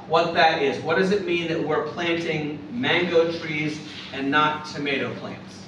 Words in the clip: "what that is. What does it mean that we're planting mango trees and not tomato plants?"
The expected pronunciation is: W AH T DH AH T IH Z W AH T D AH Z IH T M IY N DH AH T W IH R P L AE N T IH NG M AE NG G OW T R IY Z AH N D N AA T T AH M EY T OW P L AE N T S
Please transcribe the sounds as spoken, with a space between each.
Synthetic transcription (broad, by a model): W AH T DH AH T IH Z W AH T D AH Z IH T M IY N DH AH T W IH R P L AE N T IH NG M AE NG G OW T R IY Z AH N N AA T T AH M EY T OW P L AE N T S